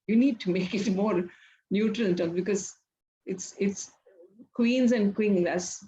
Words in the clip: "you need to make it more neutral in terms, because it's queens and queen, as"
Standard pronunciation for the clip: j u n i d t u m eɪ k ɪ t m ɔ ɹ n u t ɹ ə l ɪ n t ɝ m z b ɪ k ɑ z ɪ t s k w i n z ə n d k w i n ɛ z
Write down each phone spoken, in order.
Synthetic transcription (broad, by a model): j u n i d t u m eɪ k ɪ t m ɔ ɹ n u t ɹ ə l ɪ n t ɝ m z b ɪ k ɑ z ɪ t s k w i n z ə n d k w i l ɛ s